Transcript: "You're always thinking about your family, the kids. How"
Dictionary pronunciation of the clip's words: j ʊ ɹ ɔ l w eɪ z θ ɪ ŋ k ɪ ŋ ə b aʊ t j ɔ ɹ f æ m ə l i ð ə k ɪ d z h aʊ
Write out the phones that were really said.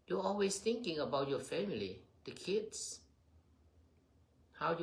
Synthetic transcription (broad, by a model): j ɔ ɔ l w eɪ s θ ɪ ŋ k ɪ ŋ ə b aʊ t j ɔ f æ m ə l i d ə k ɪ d s h aʊ